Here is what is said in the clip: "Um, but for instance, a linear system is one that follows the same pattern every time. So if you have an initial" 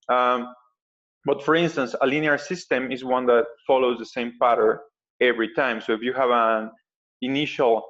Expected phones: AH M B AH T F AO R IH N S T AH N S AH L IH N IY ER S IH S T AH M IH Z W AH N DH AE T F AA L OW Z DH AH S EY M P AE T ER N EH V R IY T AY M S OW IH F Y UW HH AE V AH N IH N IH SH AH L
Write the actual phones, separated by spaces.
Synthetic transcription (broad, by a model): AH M B AH T F AO R IH N S T AH N S AH L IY N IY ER S IH S T AH M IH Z W AH N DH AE T F AA L OW Z DH AH S EY M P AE T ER EH V R IY T AY M S OW IH F Y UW HH AE V AH N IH N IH SH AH L